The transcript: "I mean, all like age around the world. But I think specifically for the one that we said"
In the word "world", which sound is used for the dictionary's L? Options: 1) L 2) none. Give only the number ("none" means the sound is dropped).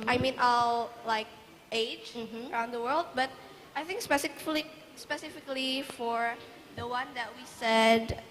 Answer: 1